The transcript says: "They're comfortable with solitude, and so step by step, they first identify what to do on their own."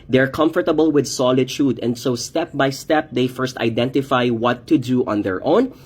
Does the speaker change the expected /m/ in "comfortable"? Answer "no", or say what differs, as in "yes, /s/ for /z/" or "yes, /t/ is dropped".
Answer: no